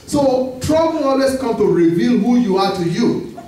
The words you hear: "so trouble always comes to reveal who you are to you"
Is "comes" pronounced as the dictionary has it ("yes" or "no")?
no